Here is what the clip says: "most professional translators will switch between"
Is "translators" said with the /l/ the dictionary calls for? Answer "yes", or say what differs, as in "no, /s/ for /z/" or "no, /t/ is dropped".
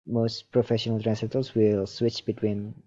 no, /l/ is dropped